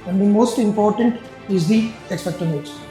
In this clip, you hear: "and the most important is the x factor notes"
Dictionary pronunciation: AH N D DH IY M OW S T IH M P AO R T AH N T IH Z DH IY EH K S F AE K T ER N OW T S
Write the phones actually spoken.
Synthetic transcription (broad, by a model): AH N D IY M OW S T IH M P AO R T AH N T IH Z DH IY EH K S P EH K T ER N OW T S